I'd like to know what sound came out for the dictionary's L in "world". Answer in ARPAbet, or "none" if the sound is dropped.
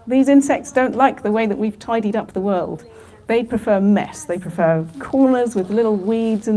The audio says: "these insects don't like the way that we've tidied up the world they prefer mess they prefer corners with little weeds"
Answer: L